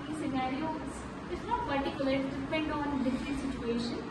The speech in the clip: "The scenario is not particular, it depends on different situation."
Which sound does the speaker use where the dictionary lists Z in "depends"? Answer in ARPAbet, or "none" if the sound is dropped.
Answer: none